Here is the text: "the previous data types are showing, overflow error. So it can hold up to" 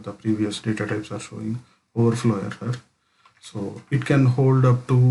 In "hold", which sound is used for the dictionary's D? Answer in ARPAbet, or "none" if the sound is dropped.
D